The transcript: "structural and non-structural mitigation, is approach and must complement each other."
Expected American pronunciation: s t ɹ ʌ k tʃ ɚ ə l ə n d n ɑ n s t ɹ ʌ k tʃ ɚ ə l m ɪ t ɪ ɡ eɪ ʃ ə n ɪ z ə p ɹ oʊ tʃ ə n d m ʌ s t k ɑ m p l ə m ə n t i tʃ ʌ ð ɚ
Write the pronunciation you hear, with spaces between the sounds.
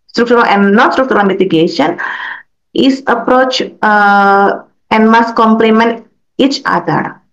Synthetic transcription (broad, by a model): s t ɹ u k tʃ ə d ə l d n ɑ n s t ɹ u k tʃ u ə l m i t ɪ ɡ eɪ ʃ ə n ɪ s ə p ɹ oʊ tʃ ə n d m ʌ s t k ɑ m p l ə m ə n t i tʃ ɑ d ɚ